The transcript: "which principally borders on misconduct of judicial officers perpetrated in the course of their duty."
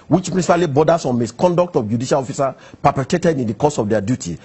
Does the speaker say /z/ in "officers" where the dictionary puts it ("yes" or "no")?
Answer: no